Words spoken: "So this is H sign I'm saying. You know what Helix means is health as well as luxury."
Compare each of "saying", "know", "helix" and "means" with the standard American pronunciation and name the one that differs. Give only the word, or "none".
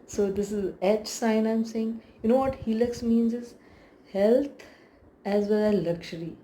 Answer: none